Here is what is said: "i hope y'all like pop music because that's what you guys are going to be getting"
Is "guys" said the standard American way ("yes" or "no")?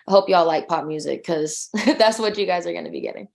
yes